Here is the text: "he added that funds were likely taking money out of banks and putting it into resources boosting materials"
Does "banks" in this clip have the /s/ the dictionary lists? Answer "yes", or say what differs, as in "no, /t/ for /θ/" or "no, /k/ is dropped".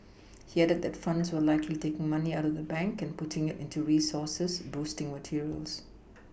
no, /s/ is dropped